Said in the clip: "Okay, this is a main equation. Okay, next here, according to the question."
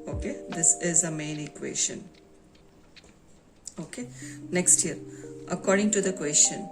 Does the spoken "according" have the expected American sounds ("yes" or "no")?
yes